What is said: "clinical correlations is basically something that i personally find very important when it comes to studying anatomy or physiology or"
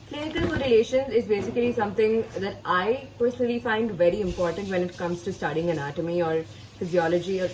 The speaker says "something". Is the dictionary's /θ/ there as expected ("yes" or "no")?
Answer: no